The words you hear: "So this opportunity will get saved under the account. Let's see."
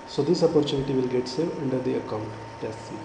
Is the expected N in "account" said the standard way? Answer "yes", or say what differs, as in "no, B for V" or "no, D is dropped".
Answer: yes